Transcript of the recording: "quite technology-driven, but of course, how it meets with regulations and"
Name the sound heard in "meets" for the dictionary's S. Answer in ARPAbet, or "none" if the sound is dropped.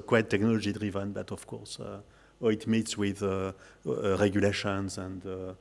S